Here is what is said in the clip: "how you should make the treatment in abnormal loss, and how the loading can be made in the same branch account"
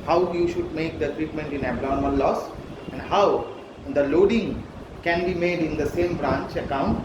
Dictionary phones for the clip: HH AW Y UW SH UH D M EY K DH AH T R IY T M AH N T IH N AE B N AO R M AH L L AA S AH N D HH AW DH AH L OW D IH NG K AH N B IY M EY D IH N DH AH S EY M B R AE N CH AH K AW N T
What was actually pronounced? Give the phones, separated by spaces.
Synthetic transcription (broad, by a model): HH AW Y UW SH UH D M EY K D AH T R IY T M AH N T IH N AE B L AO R M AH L L AA S AH N D HH AW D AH L OW D IH NG K AH N B IY M EY D IH N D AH S EY M B R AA N CH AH K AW N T